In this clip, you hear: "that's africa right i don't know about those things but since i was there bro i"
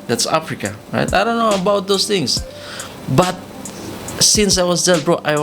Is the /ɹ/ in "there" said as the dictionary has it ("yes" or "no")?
no